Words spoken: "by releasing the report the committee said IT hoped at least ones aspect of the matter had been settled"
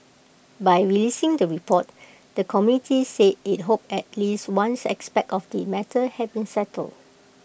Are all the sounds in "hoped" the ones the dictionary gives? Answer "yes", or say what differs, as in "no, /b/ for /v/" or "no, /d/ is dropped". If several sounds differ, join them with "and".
no, /t/ is dropped